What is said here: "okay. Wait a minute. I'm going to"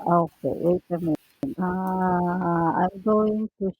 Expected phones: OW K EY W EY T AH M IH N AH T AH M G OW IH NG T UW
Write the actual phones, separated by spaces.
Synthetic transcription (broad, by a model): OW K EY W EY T AH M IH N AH AH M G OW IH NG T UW